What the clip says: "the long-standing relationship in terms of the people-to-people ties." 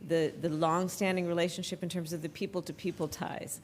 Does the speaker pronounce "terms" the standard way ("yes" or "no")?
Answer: yes